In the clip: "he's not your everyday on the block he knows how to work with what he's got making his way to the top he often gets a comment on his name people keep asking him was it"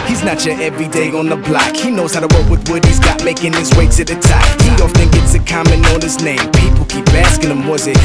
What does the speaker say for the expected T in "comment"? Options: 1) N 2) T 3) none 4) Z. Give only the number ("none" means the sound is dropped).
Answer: 3